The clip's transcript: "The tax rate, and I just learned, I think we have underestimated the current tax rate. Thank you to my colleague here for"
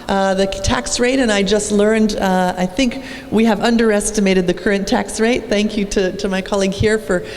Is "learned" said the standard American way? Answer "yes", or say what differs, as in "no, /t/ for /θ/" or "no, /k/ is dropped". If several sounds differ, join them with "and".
yes